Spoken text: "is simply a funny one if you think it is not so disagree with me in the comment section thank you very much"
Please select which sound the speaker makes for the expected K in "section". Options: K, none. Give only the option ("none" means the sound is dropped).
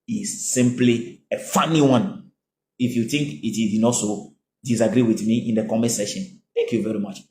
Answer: none